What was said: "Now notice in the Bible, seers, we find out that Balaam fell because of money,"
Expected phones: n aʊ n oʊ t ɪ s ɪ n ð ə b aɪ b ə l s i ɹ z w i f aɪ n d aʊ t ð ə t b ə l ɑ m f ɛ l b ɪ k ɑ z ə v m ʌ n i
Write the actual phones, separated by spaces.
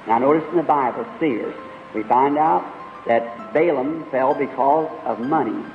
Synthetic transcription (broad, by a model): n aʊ n oʊ t ɪ s n ð ə b aɪ b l s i ɹ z w i f aɪ n d aʊ t ð ə t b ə l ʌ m f ɛ l b ɪ k ɑ z ə v m ʌ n i